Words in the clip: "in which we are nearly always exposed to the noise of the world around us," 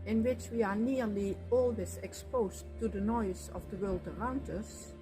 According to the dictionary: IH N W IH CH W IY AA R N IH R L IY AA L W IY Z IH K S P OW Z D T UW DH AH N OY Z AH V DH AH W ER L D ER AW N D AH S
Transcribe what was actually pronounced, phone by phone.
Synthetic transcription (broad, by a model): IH N W IH CH W IY AA R N IH R L IY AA L W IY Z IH K S P OW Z T UW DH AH N OY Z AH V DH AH W ER L D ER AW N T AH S